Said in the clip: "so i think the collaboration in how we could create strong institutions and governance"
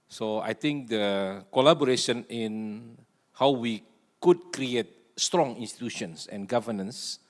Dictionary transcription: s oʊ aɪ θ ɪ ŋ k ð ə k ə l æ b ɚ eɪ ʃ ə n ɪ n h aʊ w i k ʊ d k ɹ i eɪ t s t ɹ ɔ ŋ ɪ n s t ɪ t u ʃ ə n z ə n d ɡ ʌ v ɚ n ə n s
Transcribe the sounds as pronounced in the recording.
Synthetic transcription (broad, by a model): s oʊ aɪ t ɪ ŋ k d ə k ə l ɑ b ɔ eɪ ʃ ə n ɪ n h aʊ w i k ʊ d k ɹ i eɪ t s t ɹ ɔ ŋ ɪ n s t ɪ t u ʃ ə n s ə n ɡ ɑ v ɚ n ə n s